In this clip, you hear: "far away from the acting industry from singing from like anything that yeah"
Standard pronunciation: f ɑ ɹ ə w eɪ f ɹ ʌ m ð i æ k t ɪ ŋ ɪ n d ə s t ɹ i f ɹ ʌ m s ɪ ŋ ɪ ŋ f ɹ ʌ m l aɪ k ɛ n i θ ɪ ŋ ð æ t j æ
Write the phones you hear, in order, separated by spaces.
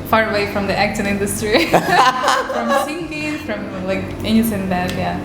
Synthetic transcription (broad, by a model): f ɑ ɹ ə w eɪ f ɹ ʌ m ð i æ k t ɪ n ɪ n d ə s t ɹ i f ɹ ʌ m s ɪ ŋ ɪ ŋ f ɹ ʌ m l aɪ k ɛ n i s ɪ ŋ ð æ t j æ